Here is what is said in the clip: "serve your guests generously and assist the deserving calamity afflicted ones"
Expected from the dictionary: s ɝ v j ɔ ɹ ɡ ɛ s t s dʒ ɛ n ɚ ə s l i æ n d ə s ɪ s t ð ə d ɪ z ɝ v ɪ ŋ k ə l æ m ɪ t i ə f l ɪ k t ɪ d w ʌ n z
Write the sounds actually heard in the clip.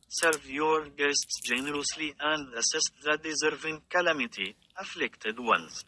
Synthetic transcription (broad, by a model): s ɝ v j ɔ ɹ ɡ ɛ s t s dʒ ɛ n ɚ ə s l i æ n d ə s ɪ s t ð ə d ɪ z ɝ v ɪ ŋ k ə l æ m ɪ t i ə f l ɪ k t ɪ d w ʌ n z